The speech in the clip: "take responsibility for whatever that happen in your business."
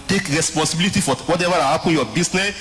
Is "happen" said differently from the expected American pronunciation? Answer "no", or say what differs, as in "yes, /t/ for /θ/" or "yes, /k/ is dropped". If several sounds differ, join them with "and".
yes, /n/ is dropped